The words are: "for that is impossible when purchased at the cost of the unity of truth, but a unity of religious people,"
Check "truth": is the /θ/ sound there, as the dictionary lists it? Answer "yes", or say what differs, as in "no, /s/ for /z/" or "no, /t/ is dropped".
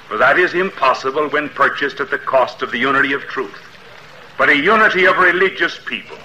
yes